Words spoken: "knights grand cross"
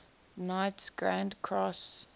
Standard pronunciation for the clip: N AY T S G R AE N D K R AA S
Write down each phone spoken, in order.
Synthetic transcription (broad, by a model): N AY T S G R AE N D K R AA S